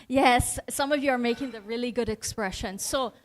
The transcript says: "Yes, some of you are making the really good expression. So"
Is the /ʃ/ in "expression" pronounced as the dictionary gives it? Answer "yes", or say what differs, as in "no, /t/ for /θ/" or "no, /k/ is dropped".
yes